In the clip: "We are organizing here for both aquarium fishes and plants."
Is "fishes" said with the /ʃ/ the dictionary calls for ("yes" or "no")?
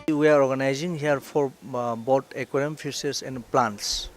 no